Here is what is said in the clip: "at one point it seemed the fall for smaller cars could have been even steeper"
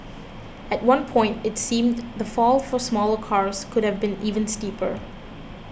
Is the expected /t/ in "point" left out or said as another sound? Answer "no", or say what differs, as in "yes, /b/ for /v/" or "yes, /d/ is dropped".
no